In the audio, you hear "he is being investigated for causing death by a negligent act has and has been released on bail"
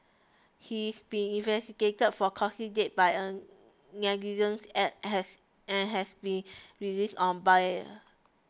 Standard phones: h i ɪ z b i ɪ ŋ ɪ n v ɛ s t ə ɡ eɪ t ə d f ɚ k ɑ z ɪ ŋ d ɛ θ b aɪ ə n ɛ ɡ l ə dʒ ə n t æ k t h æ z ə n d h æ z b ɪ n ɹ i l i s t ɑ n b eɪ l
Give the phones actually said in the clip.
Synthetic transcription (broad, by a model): h i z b i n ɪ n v ɛ s t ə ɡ eɪ t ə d f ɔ k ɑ s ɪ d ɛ t b aɪ ə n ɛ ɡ ə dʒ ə n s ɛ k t h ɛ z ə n h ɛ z b ɪ n ɹ i l i s t ɑ n b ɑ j